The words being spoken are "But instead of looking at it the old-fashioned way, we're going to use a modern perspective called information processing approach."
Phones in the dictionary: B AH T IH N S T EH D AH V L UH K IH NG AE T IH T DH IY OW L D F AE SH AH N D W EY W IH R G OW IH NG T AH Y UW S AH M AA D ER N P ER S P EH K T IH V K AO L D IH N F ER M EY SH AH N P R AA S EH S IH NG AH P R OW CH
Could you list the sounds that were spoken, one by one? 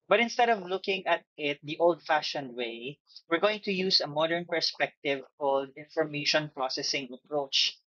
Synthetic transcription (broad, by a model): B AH T IH N S T EH D AH V L UH K IH NG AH T IH T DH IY OW L D F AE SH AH N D W EY W IH R G OW IH NG T AH Y UW S AH M AA D ER N P ER S P EH K T IH V K AO L D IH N F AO M EY SH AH N P R AA S EH S IH NG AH P R OW CH